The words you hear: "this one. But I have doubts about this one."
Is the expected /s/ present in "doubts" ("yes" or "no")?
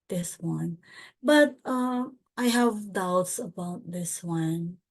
yes